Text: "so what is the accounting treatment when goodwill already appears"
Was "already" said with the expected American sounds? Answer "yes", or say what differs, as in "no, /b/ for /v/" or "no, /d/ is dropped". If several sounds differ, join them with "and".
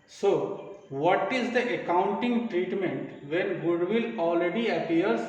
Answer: yes